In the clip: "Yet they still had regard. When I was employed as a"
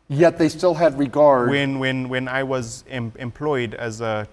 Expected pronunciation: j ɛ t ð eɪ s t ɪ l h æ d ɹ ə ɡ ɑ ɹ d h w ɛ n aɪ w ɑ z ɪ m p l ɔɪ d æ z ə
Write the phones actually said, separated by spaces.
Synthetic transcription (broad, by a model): j ɛ t ð eɪ s t ɪ l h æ d ɹ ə ɡ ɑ ɹ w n w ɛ n aɪ w ɑ z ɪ m p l ɔɪ d æ z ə